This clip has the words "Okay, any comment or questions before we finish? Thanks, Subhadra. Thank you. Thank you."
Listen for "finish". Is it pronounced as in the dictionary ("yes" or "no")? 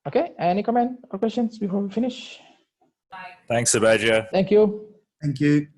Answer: yes